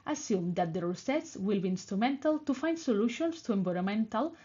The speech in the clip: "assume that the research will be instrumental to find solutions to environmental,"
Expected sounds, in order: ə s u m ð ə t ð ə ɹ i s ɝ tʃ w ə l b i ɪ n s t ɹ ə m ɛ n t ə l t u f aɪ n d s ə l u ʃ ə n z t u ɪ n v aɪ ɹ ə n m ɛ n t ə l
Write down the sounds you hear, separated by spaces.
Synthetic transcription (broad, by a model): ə s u m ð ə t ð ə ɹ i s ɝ s w ə l b i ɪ n s t ɹ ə m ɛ n t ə l t u f aɪ n d s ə l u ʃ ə n s t u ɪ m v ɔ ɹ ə m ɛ n t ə l